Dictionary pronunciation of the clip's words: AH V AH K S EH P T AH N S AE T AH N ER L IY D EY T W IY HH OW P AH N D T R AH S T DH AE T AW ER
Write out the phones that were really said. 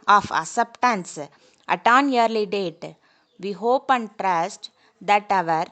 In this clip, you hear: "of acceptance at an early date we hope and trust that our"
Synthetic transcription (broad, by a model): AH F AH S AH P T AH N S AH T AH N ER L IY D EY T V IY HH OW P AH N D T R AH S T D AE T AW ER